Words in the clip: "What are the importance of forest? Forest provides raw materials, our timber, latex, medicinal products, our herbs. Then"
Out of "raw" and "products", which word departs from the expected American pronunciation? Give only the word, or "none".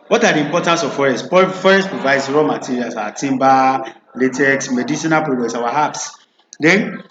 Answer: products